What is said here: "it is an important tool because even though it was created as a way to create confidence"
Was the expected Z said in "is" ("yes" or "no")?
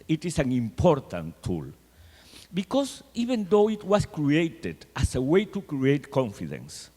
no